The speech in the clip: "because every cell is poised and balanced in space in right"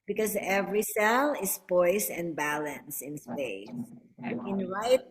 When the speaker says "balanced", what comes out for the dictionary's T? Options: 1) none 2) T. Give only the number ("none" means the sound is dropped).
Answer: 1